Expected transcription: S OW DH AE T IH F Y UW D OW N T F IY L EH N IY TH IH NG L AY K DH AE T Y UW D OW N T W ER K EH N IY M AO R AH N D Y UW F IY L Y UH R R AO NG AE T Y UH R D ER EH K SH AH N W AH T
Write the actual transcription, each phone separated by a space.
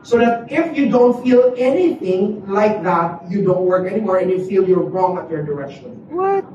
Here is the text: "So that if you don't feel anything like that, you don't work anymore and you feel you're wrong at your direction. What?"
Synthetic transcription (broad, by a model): S OW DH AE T IH F Y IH D OW N T F IY L EH N IY TH IH NG L AY K DH AE T Y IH D OW N T W ER K EH N IY M AO R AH N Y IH F IY L Y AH R R AO NG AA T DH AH R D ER EH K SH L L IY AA